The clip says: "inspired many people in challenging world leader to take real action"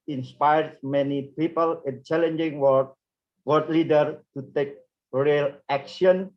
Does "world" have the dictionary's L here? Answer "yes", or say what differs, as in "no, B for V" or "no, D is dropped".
no, L is dropped